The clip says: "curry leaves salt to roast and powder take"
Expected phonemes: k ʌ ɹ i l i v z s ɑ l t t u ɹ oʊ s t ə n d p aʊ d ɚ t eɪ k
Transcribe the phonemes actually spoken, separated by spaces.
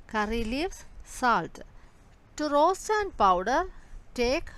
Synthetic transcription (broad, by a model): k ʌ ɹ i l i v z s ɑ l t t u ɹ oʊ s t ə n d p aʊ d ɚ t eɪ k